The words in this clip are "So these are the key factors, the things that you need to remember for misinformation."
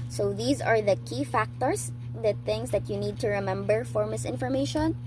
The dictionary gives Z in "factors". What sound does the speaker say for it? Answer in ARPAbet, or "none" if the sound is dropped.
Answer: S